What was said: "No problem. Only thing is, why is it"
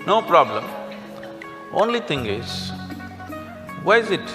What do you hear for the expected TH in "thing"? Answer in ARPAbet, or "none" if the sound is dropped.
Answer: T